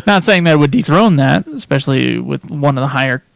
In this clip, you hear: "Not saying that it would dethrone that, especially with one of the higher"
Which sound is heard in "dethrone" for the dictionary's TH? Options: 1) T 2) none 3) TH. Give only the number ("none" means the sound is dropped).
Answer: 3